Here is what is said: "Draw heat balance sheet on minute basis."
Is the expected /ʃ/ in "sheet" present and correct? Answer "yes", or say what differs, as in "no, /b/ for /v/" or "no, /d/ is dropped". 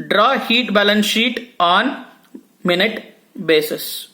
yes